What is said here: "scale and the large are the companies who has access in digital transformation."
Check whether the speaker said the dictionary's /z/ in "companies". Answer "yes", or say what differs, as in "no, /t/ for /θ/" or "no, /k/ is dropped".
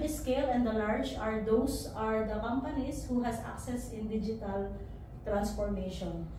no, /s/ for /z/